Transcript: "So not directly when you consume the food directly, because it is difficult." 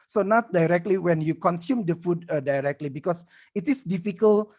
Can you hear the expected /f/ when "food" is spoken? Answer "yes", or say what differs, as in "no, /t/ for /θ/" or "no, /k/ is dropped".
yes